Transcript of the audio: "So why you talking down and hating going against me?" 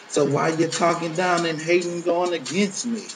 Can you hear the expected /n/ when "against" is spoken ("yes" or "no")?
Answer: yes